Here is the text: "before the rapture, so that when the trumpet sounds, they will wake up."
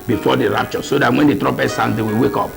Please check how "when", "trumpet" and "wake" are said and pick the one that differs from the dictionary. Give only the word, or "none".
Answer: trumpet